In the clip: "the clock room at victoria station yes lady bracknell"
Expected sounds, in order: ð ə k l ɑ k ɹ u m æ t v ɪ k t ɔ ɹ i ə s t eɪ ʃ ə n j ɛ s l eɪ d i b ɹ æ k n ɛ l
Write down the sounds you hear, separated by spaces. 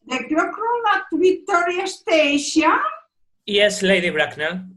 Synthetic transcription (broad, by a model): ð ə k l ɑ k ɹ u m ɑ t b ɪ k t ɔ ɹ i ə s t eɪ ʃ ə n j ɛ s l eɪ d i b ɹ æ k n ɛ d